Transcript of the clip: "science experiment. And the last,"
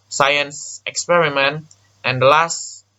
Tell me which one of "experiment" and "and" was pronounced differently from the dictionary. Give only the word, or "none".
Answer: none